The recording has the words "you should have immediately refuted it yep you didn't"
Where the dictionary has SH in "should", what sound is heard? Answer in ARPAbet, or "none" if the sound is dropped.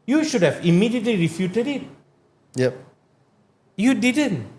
SH